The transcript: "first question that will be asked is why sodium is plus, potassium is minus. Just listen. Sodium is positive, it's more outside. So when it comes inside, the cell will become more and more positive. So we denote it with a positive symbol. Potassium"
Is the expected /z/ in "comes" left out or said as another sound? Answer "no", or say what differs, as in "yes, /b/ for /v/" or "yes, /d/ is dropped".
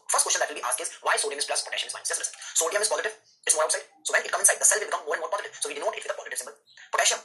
yes, /z/ is dropped